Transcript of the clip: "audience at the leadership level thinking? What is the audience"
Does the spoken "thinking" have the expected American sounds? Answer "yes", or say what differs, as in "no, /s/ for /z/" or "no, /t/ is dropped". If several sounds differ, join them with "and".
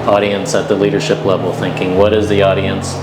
yes